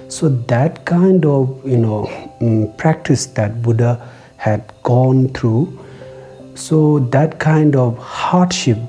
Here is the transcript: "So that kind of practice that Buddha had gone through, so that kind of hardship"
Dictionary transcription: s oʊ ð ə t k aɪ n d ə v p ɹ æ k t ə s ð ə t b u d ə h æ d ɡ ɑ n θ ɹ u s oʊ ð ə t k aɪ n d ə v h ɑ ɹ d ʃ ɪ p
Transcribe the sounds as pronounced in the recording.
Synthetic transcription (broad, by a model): s oʊ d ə t k aɪ n d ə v p ɹ æ k t ə s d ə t b u d ə h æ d ɡ ɑ n t ɹ u s oʊ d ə t k aɪ n d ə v h ɑ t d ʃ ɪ p